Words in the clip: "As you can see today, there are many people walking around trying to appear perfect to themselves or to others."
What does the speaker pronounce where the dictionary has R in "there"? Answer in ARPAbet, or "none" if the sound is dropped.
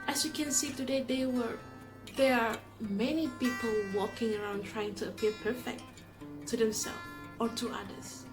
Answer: W